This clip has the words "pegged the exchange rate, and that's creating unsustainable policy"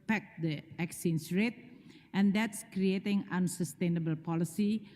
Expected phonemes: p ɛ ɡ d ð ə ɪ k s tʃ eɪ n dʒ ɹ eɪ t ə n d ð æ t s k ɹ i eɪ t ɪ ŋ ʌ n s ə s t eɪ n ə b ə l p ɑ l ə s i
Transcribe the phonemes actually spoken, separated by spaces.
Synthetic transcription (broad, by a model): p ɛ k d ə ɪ k s i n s ɹ eɪ t ə n d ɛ t s k ɹ i eɪ t ɪ ŋ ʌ n s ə s t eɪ n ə b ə l p ɑ l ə s i